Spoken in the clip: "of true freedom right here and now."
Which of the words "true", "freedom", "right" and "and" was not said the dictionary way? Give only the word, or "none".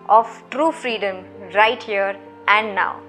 none